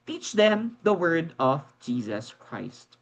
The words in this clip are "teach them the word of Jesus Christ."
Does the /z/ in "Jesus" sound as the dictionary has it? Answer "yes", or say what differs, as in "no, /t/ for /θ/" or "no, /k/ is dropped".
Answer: yes